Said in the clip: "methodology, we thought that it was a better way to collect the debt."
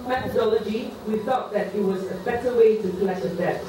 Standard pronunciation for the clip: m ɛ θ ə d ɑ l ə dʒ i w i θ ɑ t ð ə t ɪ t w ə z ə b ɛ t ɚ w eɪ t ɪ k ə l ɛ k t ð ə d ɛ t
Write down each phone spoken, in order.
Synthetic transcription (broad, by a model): m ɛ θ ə d ɑ l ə dʒ i w i θ ɑ t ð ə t ɪ t w ə z ə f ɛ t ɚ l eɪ t ɪ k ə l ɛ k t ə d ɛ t